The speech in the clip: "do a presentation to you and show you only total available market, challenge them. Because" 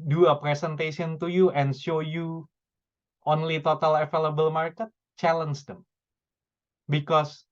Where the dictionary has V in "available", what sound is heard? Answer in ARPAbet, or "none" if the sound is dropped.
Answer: F